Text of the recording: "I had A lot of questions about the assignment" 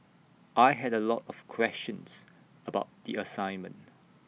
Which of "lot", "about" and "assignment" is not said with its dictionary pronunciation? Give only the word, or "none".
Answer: none